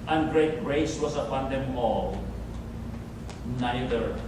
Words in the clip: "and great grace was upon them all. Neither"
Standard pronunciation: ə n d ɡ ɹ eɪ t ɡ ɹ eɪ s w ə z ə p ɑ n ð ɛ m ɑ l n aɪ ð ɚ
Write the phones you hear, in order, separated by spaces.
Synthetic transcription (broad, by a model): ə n ɡ ɹ eɪ t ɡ ɹ eɪ s w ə s ə p ɑ n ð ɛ m ɑ l n aɪ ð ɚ